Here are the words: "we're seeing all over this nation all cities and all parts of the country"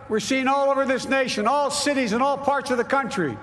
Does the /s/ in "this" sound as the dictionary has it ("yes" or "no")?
yes